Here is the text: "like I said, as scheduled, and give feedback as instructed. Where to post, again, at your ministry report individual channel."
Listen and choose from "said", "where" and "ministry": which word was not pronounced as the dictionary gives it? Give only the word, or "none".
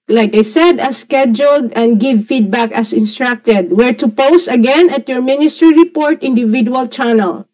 none